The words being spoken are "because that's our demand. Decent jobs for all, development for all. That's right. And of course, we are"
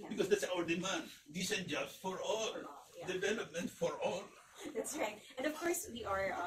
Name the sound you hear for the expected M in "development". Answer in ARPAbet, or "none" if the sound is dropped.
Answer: M